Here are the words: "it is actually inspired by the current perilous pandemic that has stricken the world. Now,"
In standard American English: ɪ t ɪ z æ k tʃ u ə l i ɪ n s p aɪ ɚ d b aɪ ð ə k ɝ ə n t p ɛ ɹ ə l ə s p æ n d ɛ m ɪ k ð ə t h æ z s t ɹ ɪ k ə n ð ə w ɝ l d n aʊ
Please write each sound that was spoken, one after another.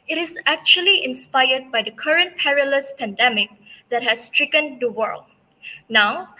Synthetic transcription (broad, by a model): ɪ t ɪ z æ k tʃ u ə l i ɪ n s p aɪ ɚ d b aɪ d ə k ɝ ə n t p ɛ ɹ ə l ə s p æ n d ɛ m ɪ k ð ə t h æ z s t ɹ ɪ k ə n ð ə w ɝ l d n aʊ